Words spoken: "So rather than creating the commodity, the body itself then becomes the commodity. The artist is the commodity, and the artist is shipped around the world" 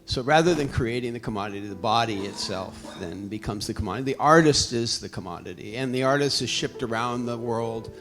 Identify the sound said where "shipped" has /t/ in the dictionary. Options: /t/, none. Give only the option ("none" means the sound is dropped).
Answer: /t/